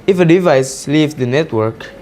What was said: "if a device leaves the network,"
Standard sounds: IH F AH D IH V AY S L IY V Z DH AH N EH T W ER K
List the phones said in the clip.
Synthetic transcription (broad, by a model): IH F AH D IH V AY S L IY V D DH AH N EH T W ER K